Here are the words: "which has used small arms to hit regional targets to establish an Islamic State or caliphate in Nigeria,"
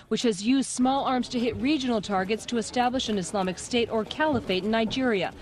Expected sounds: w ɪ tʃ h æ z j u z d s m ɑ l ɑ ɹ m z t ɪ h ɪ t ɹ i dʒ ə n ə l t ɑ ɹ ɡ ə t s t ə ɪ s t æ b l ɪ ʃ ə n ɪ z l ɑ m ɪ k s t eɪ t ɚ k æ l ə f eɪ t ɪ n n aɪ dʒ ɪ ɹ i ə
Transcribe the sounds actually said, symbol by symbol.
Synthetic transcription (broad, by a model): w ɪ tʃ h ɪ z j u z d s m ɑ l ɑ ɹ m z t ɪ h ɪ t ɹ i dʒ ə n l t ɑ ɹ ɡ ə t s t ə ɪ s t æ b l ɪ ʃ ə n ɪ s l ɑ m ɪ k s t eɪ t ɚ k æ l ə f eɪ ɪ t n aɪ dʒ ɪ ɹ i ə